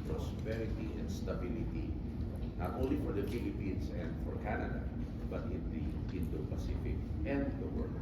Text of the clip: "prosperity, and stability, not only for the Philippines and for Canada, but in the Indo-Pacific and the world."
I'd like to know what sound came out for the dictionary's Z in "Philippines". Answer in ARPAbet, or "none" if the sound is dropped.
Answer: S